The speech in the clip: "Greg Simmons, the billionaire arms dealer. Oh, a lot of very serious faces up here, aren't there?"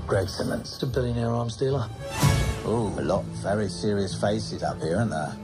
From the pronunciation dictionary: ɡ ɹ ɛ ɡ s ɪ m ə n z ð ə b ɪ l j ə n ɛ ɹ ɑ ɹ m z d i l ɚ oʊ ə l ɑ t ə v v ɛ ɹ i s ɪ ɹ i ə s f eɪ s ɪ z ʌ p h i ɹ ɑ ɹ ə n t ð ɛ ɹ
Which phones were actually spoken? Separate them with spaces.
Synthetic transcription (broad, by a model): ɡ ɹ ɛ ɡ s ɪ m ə n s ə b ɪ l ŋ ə ʊ ɹ ɑ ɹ m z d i l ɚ oʊ ə l ɑ t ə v v ɛ ɹ i s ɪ ɹ i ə s f eɪ s ɪ z ʌ p h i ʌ ɹ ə n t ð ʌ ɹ